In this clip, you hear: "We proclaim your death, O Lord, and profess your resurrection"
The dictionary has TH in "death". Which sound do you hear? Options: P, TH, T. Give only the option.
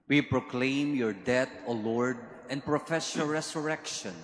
T